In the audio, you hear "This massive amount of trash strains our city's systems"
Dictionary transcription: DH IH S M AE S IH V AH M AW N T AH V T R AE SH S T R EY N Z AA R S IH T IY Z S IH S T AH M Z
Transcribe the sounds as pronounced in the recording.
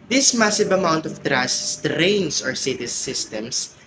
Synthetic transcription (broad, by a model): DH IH S M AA S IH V AH M AW N T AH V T R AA S T R EY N S AA R S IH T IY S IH S T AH M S